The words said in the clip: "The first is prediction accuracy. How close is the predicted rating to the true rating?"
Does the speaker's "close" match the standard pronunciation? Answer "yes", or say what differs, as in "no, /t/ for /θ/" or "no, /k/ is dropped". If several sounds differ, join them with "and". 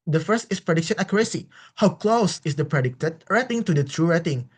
yes